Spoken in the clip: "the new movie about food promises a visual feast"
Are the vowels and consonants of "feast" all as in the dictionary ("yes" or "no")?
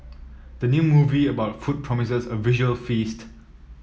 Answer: yes